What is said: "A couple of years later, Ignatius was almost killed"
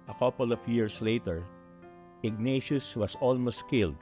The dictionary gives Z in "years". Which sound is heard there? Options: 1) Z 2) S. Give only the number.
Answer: 2